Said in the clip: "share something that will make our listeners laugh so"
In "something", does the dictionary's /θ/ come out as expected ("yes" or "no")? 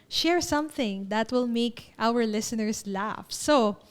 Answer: yes